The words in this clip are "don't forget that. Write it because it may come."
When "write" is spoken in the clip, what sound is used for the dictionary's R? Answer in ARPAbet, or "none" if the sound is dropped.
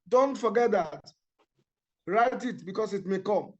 R